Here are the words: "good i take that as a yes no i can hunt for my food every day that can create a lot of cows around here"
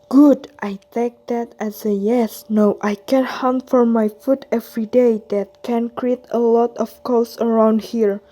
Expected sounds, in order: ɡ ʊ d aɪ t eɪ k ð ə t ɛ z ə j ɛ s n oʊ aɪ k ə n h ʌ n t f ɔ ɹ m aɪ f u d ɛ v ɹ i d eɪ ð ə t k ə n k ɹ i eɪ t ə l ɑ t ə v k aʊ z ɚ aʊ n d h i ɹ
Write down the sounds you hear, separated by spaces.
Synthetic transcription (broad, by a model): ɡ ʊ d aɪ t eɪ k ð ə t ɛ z ə j ɛ s n oʊ aɪ k ə n h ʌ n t f ɔ ɹ m aɪ f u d ɛ v ɹ i d eɪ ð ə t k ə n k ɹ i eɪ t ə l ɑ t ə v k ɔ s ɚ aʊ n d h i ɹ